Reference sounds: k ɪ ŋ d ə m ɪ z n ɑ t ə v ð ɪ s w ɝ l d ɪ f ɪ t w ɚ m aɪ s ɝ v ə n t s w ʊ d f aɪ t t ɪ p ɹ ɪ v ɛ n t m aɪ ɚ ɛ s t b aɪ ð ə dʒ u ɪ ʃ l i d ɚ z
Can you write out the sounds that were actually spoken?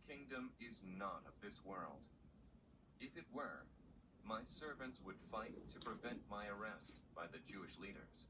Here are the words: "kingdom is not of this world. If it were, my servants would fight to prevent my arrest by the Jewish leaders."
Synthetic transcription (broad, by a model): k ɪ ŋ d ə m ɪ z n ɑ t ə v ð ɪ s w ɝ l d ɪ f ɪ t w ɚ m aɪ s ɝ v ə n t s w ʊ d f aɪ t t ɪ p ɹ ɪ v ɛ n t m aɪ ɚ ɛ s t b aɪ ð ə dʒ u ɪ ʃ l i d ɚ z